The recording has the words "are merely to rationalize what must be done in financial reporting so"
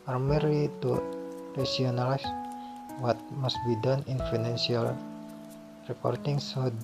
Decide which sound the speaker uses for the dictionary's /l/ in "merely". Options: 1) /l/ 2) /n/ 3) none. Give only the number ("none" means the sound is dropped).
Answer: 3